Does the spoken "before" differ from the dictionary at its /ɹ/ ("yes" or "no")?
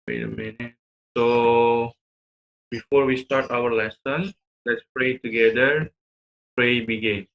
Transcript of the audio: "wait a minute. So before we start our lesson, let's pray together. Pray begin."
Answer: no